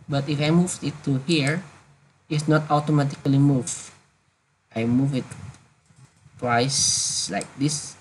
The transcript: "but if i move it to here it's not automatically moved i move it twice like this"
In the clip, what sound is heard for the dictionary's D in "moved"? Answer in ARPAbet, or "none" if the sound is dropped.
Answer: none